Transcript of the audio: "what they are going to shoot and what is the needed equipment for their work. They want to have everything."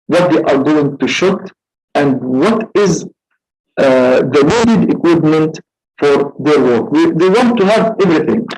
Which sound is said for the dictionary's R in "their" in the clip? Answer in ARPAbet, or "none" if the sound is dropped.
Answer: R